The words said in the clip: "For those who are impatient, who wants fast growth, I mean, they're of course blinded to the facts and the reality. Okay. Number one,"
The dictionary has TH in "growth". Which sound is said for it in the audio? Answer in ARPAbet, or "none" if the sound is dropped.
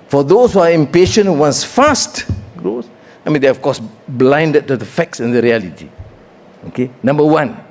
S